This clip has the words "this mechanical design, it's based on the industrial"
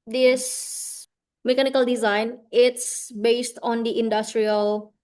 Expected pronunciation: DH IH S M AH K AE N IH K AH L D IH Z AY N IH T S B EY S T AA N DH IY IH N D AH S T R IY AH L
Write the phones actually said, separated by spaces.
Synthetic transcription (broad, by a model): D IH S M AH K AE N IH K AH L D IH Z AY N IH T S B EY S T AA N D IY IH N D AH S T R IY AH L